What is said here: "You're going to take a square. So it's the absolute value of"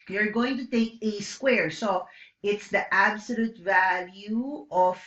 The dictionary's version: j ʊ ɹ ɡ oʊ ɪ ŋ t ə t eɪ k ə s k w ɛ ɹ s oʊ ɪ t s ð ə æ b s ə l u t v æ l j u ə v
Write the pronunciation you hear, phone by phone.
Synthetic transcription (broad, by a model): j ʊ ɹ ɡ oʊ ɪ ŋ t ə t eɪ k ə s k w ɛ ɹ s oʊ ɪ t s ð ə æ b s ə l u t v æ l j u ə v